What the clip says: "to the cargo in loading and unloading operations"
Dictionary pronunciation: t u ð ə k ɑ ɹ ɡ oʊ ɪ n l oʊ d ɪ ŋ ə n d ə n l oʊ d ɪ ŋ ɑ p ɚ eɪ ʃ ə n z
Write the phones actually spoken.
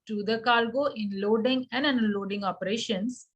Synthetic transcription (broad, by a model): t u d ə k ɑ l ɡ oʊ ɪ n l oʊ d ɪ ŋ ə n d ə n l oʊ d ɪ ŋ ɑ p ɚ eɪ ʃ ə n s